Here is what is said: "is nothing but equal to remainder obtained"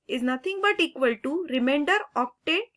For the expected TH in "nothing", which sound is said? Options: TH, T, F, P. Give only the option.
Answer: T